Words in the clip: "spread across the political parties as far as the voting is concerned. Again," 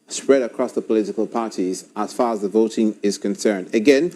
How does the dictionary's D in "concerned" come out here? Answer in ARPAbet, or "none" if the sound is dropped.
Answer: D